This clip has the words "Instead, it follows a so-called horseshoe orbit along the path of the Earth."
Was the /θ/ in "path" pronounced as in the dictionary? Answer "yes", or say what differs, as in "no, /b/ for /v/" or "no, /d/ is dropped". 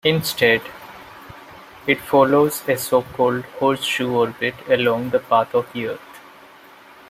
no, /t/ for /θ/